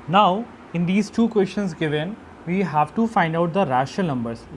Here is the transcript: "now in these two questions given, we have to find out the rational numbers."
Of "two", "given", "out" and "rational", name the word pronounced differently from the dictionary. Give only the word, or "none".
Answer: rational